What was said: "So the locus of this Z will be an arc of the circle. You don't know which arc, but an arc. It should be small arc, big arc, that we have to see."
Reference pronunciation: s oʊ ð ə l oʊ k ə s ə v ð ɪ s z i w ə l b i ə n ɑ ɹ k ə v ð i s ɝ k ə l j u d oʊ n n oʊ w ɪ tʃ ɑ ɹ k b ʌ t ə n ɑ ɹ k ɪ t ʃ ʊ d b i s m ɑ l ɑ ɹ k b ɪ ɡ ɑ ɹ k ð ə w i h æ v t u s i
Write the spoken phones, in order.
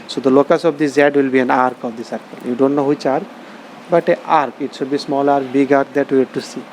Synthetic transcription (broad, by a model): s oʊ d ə l oʊ k ə s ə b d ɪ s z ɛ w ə l b i ə n ɑ ɹ k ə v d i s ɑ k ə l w d oʊ n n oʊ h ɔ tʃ ɑ ɹ k b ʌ t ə ɑ ɹ k ɪ t s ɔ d b i s m ɑ l ɑ ɹ k b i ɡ ɑ ɹ k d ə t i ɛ t u s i